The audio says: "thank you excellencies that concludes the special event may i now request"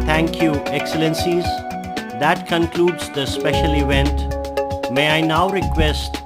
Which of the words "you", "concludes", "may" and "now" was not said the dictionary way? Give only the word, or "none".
none